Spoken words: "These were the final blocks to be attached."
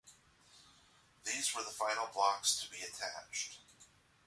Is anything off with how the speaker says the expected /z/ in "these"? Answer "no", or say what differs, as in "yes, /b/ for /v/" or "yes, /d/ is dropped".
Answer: no